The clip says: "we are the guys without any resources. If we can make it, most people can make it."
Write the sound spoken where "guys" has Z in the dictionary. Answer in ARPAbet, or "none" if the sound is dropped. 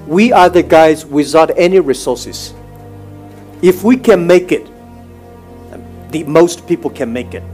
Z